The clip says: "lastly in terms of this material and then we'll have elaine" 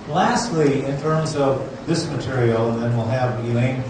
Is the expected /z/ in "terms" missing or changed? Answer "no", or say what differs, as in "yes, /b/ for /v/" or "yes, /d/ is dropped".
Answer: no